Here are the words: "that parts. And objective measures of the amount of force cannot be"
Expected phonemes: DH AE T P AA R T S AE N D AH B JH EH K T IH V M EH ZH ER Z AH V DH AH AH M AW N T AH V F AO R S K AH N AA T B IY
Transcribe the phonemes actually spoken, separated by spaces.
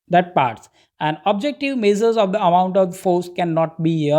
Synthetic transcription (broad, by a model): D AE T P AA R T S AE N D AH B JH EH K T IH V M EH Z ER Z AH V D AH AH M AW N T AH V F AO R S K AH N AA T B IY